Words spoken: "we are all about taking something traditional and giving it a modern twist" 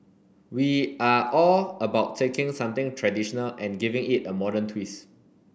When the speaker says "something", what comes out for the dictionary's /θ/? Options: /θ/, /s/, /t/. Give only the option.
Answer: /t/